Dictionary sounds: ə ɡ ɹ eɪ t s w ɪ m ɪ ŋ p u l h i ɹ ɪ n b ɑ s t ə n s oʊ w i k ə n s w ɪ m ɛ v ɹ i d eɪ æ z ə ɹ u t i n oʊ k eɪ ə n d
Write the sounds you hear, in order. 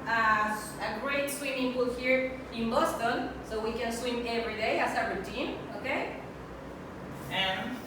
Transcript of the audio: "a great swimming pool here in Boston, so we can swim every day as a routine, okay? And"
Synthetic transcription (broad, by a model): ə ɡ ɹ eɪ t s w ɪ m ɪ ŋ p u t h i ɹ ɪ n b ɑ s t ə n s oʊ w i k ə n s w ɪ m ɛ v ɹ i d eɪ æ s ə ɹ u t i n oʊ k eɪ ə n